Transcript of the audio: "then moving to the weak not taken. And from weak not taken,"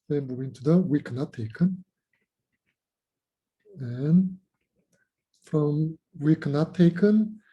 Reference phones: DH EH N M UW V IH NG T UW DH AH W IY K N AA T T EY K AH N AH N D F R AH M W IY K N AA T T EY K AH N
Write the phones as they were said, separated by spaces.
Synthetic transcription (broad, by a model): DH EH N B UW IH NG T UW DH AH W IY K N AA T T EY K AH N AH N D F R AH M W IY K N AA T T EY K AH N